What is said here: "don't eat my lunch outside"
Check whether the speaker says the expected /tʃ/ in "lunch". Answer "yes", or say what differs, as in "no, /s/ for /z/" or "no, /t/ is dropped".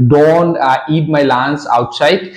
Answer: no, /s/ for /tʃ/